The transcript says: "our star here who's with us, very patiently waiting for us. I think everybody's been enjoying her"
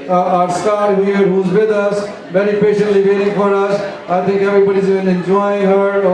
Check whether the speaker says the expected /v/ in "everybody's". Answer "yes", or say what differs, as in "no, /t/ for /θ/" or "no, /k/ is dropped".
no, /b/ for /v/